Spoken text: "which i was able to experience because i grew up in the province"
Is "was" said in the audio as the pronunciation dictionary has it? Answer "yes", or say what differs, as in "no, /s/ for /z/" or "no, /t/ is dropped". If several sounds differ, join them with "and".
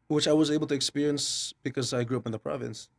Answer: yes